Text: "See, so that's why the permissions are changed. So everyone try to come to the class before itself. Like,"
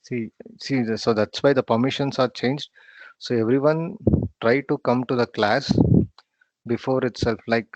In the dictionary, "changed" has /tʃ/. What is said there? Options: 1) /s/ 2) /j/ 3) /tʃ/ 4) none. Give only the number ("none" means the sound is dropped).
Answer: 3